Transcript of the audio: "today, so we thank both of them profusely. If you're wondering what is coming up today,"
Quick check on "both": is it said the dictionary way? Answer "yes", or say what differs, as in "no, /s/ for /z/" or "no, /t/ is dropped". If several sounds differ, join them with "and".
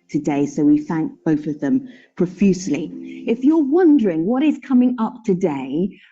yes